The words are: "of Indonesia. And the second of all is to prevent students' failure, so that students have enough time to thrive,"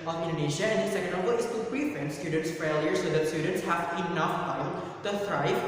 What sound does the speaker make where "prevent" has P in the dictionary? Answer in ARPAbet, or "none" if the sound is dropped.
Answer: B